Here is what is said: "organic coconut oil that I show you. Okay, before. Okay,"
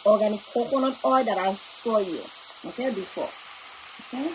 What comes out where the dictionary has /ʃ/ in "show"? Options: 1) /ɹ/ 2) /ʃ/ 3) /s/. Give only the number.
3